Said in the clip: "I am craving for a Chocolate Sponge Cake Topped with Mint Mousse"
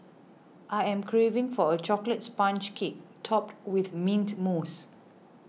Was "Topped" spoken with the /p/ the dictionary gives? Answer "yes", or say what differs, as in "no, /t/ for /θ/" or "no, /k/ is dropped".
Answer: yes